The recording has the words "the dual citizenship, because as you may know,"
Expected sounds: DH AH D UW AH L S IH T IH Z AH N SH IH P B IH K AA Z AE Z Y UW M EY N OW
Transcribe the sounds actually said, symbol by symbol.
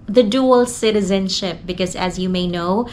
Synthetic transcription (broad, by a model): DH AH D UW AH L S IH T IH Z AH N SH IH P B IH K AA Z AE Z Y UW M EY N OW